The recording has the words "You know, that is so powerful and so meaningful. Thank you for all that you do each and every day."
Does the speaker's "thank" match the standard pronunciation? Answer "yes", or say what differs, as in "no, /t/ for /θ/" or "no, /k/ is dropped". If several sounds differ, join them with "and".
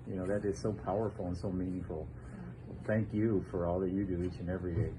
yes